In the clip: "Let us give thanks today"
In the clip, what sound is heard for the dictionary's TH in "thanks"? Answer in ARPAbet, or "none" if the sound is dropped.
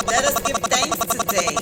T